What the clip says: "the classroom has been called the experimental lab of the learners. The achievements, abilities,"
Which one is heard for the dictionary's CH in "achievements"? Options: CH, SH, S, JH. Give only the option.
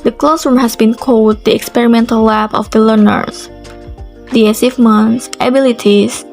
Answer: S